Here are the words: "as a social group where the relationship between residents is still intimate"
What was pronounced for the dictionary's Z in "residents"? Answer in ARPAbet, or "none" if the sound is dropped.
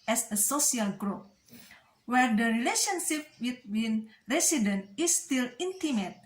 S